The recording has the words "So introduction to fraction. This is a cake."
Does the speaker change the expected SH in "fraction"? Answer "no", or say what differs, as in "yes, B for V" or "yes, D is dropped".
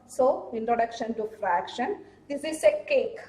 no